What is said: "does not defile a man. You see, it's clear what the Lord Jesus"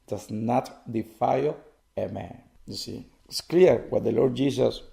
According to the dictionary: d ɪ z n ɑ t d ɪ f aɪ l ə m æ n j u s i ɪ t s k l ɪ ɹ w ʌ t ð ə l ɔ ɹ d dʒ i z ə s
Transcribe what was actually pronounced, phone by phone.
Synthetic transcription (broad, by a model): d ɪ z n ɑ t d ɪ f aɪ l ə m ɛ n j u s i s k l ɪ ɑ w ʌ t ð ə l ɔ ɹ d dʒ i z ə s